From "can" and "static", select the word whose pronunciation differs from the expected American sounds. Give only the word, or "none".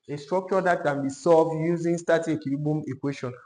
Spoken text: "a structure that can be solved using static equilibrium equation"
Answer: static